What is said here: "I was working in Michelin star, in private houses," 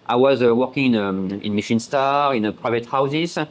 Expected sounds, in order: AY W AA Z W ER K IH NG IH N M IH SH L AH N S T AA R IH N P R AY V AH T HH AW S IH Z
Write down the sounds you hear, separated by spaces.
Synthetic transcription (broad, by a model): AY W AA Z W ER K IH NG IH N M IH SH AH N S T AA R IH N P R AY V AH T HH AW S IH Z